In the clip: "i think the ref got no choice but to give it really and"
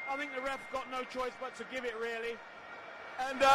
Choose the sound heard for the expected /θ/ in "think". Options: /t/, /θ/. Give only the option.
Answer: /θ/